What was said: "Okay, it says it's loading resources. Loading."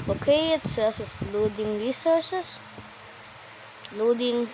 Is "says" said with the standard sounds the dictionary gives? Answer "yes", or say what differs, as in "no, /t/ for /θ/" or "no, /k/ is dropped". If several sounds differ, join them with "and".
no, /s/ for /z/